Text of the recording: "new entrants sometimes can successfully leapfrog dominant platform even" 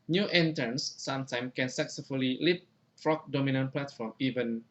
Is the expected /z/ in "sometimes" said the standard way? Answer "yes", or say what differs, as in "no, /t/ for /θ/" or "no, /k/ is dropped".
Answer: no, /z/ is dropped